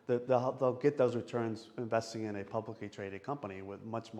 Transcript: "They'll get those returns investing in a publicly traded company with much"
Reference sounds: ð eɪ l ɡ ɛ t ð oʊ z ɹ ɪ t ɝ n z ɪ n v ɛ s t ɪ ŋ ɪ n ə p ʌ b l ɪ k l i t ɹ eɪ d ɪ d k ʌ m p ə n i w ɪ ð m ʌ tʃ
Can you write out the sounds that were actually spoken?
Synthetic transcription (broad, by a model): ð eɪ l ɡ ɛ t ð oʊ z ɹ ɪ t ɝ n z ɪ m v ɛ s t ɪ ŋ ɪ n ə p ʌ b l ɪ k l i t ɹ eɪ d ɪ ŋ k ʌ m p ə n i w ɪ ð m ʌ tʃ